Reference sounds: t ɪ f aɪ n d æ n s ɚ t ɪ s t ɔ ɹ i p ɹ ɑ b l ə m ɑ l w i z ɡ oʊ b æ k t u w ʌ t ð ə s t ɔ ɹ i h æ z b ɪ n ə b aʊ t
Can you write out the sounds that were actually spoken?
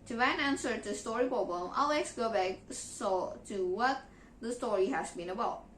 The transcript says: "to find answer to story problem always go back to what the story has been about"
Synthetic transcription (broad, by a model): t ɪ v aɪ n æ n s ɚ t ɪ s t ɔ ɹ i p ɑ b ə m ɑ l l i s ɡ oʊ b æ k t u w ʌ t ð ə s t ɔ ɹ i h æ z b ɪ n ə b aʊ t